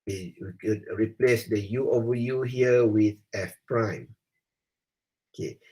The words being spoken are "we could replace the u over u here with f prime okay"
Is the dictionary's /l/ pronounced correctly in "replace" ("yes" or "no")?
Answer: yes